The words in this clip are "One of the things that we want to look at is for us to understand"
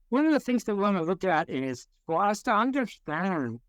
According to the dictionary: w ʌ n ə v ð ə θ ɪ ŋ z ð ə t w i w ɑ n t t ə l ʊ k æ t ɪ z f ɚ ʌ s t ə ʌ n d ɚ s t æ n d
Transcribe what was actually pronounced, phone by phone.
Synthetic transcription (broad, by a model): w ʌ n ə v ð ə θ ɪ ŋ z ð ə t w i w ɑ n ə l ʊ k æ t ɪ z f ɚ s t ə ʌ n d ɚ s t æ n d